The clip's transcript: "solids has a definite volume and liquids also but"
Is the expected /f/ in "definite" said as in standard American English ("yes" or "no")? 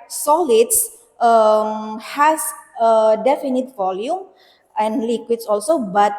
yes